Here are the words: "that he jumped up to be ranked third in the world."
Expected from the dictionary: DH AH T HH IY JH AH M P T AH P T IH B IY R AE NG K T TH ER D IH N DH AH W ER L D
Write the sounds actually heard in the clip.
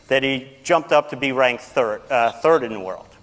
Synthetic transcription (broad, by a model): DH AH T HH IY JH AH M P T AH P T IH B IY R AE NG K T TH ER D IH N DH AH W ER L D